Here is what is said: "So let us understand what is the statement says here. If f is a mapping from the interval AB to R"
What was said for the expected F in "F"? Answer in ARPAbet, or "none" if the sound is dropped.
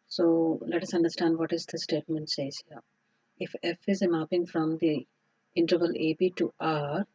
F